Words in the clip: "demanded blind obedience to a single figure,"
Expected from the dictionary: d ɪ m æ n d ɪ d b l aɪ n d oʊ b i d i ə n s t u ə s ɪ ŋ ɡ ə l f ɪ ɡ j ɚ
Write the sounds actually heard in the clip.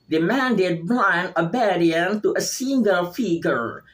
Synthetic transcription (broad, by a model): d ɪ m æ n d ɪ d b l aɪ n oʊ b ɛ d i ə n t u ə s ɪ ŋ ɡ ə l f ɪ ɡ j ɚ